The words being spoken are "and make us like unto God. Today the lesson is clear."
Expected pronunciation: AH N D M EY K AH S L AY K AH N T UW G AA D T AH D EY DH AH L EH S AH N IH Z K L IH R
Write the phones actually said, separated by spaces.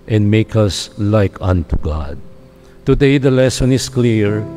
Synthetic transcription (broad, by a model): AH N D M EY K AH S L AY K AH N T UW G AA D T AH D EY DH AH L EH S AH N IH S K L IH R